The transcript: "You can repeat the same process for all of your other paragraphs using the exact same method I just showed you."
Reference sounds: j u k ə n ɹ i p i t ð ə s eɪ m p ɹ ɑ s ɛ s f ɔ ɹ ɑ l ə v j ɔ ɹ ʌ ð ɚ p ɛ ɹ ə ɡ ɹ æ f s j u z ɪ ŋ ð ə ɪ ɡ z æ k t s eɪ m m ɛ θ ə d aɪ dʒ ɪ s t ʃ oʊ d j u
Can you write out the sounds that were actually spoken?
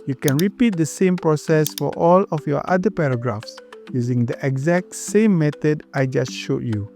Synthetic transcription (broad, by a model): j u k ə n ɹ i p i t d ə s eɪ m p ɹ ɑ s ɛ s f ɔ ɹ ɑ l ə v j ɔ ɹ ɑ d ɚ p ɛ ɹ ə ɡ ɹ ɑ f s j u z ɪ ŋ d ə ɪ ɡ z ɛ k t s eɪ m m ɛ t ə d aɪ dʒ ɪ s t ʃ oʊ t j u